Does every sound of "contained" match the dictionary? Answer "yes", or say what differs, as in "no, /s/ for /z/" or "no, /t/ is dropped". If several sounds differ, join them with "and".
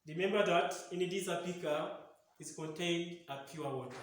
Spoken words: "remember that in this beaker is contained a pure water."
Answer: yes